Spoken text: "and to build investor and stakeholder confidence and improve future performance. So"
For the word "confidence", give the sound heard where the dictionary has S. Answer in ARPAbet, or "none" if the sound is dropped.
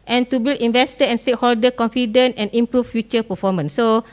none